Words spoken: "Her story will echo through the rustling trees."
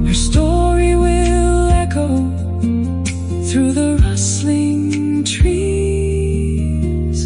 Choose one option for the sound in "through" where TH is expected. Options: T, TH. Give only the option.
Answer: TH